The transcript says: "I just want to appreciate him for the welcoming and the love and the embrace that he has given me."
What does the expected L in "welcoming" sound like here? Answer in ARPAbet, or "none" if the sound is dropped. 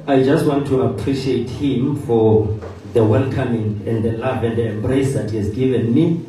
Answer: N